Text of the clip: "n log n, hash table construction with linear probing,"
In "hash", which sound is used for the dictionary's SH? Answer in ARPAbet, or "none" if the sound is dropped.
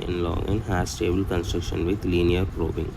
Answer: S